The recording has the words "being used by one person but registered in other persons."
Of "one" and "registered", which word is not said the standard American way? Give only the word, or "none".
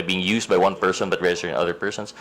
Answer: registered